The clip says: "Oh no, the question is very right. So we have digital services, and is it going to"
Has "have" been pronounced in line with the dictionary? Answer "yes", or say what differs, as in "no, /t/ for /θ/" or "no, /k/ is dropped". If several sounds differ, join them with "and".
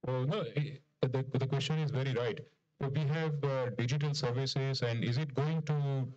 yes